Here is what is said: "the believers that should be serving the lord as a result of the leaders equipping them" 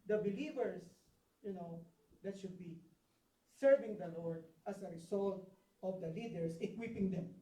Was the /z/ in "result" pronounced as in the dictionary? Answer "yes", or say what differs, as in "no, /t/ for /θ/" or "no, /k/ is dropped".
no, /s/ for /z/